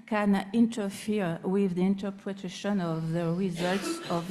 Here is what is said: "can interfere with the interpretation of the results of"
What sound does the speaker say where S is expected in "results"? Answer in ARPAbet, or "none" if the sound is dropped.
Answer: S